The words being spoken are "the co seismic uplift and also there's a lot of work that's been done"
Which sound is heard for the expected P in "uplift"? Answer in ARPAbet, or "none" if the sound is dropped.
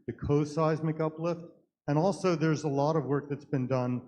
P